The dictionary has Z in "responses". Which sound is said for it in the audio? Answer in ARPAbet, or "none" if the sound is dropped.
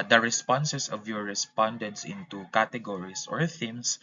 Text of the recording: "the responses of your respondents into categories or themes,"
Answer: S